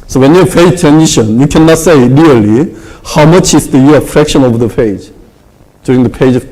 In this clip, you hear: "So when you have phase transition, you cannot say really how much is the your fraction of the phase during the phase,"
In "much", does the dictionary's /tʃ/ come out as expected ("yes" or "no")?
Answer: yes